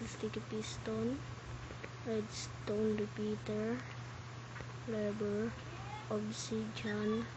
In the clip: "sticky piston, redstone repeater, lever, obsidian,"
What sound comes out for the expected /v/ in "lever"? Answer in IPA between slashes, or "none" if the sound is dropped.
/b/